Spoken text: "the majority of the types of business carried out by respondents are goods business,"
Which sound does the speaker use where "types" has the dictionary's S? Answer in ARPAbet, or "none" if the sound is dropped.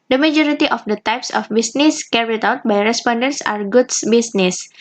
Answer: S